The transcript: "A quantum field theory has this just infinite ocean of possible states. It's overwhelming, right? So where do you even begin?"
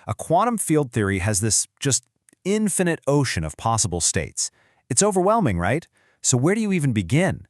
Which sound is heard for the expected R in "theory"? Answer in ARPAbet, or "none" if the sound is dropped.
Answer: R